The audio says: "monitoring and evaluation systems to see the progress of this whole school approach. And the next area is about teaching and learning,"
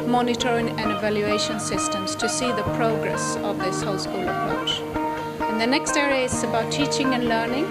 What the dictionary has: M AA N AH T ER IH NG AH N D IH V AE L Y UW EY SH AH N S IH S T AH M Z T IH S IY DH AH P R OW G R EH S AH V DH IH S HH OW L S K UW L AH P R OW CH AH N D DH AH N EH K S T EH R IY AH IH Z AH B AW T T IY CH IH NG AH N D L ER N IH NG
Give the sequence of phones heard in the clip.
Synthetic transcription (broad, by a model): M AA N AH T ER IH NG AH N IH V AE L Y UW EY SH AH N S IH S T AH M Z T IH S IY DH AH P R OW G R EH S AH V DH IH S HH OW L S K UW L AH P R OW CH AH N DH AH N EH K S T EH R IY AH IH S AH B AW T T IY CH IH NG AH N L ER N IH NG